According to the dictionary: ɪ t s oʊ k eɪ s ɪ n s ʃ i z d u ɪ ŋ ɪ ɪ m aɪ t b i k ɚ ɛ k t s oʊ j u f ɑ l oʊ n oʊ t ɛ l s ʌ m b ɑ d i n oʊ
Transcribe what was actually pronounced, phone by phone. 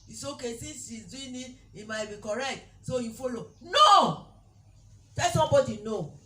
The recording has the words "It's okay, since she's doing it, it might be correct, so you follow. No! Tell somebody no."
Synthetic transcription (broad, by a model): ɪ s oʊ k eɪ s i s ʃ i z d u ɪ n ɪ ɪ m aɪ t b i k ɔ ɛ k t s oʊ j u f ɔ l oʊ n oʊ t ɛ l s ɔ m b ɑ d i n oʊ